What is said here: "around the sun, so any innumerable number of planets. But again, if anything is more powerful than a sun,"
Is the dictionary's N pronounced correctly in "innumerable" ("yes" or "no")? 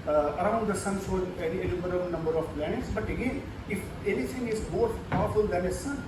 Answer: no